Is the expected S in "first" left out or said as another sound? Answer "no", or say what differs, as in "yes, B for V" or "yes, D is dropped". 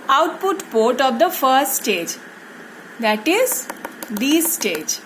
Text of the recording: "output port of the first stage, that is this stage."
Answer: no